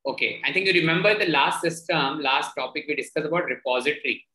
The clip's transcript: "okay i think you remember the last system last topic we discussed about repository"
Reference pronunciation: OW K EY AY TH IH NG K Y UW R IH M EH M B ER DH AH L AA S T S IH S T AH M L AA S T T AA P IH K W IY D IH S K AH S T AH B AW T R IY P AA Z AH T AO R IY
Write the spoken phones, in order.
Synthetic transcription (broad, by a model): OW K EY AY T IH NG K Y UW R IH M EH M B ER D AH L AA S T S IH S T AH M L AA S T T AA P IH K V IY D IH S K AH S AH B AW T R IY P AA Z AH T R IY